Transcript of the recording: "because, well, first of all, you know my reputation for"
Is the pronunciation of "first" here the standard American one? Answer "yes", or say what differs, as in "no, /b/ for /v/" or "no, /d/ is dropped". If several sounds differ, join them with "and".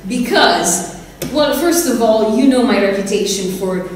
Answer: yes